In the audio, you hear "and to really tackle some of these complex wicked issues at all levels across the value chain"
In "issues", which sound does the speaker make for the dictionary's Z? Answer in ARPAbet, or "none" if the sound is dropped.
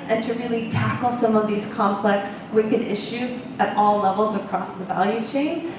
Z